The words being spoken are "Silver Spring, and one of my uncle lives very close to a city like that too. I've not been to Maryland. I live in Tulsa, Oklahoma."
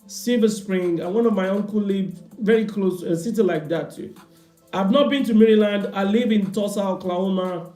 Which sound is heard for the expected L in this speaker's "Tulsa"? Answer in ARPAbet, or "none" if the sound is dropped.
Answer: none